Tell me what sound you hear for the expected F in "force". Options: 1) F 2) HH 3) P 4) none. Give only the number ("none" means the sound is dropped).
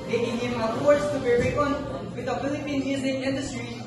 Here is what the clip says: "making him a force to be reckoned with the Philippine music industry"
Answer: 3